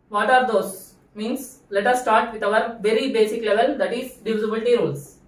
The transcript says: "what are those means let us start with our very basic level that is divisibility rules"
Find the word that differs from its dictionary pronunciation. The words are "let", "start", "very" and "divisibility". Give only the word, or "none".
divisibility